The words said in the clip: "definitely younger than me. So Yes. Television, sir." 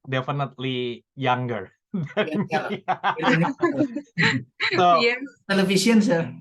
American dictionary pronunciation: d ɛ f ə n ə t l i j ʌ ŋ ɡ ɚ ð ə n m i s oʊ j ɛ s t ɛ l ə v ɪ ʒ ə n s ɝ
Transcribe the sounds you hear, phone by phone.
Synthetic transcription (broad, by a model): d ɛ f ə n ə t l i j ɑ ŋ ɡ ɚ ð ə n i s oʊ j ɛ t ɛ l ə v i s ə n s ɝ